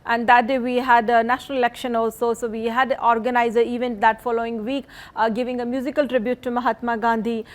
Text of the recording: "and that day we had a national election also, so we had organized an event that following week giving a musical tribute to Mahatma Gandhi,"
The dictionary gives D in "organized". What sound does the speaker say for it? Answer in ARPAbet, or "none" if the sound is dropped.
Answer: none